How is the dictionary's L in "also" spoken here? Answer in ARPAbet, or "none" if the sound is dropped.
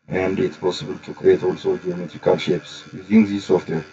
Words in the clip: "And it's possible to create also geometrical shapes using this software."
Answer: L